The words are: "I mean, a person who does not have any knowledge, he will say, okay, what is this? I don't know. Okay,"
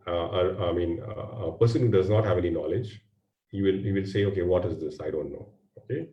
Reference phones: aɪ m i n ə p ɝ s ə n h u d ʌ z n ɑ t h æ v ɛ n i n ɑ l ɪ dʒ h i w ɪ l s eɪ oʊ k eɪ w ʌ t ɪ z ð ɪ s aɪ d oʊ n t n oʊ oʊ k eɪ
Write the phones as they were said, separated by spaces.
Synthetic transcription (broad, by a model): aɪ m i n ə p ɝ s ə n h u d ʌ z n ɑ t h æ v ɛ n i n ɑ l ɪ dʒ h i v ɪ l s eɪ oʊ k eɪ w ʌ t ɪ z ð ɪ s aɪ d oʊ n t n oʊ oʊ k eɪ